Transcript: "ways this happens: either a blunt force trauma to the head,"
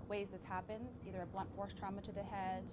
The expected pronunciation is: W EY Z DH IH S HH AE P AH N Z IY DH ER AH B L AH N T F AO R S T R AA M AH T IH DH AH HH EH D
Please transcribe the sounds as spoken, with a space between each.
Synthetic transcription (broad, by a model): W EY Z DH IH S HH AE P AH N Z IY DH ER AH B L AH N T F AO R S T R AA M AH T IH DH AH HH EH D